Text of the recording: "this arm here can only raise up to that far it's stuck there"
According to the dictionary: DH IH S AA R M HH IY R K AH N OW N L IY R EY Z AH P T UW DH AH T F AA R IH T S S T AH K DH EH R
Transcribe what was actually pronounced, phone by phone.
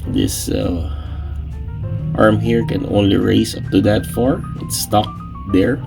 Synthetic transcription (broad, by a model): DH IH S AA R M HH IY R K AH N OW N L IY R EY IH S T UW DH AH T F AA R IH T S S T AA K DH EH R